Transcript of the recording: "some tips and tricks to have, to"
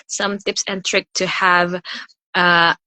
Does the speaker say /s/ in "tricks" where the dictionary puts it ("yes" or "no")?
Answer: no